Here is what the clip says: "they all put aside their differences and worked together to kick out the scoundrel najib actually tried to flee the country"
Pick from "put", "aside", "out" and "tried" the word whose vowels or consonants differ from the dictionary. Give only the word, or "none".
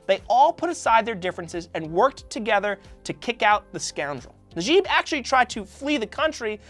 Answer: none